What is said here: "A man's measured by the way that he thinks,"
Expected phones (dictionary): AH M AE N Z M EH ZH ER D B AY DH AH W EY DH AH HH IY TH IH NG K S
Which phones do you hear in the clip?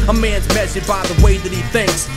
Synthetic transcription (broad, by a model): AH M AE N Z M EH S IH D B AY DH AH W EY DH AH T IY TH IH NG K S